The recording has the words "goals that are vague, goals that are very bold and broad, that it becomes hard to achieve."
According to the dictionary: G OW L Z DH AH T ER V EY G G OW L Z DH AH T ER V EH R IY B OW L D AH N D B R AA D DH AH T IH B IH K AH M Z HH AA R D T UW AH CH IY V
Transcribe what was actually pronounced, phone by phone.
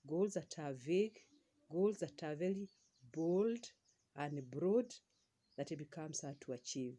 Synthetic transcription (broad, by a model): G OW L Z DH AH T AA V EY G G OW L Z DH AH T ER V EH L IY B OW L D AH N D B R AA D DH AH T IH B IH K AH M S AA T UW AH CH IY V